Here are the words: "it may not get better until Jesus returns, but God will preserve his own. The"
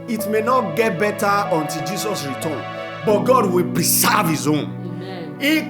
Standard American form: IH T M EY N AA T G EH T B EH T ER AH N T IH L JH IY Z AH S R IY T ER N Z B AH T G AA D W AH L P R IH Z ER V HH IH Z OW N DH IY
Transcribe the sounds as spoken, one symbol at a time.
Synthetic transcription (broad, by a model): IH T M EY N AA T G EH T B EH T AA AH N T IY L JH IY S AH S R IY T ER N B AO T G AA D W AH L P R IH S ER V HH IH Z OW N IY